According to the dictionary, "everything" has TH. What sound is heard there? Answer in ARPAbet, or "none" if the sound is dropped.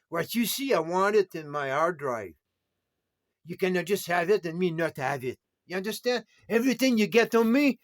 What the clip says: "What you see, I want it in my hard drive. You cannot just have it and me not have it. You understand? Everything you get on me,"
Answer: TH